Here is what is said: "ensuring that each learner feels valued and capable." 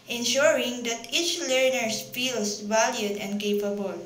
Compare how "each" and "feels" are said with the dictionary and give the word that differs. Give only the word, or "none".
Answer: feels